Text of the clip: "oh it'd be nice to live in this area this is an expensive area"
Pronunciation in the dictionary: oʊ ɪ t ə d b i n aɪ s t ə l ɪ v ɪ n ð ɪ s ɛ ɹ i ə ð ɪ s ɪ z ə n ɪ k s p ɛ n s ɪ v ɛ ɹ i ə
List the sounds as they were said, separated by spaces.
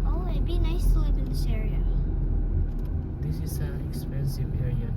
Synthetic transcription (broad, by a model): oʊ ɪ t b i n aɪ s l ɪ p ɪ n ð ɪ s ɛ ɹ i ə ð ɪ s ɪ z ə n ɪ k s p ɛ n s ɪ v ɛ ɹ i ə